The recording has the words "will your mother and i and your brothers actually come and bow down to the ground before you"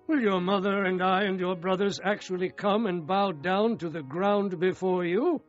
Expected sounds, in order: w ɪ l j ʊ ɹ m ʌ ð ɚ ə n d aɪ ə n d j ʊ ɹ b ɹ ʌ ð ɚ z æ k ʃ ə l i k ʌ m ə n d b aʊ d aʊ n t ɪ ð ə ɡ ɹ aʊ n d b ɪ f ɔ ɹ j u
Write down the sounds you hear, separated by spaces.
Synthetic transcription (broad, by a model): w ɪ l j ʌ ɹ m ʌ ð ɚ ə n d aɪ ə n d j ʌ ɹ b ɹ ʌ ð ɚ z æ k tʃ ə l i k ʌ m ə n b aʊ d aʊ n t ɪ ð ə ɡ ɹ aʊ n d b ɪ f ɔ ɹ j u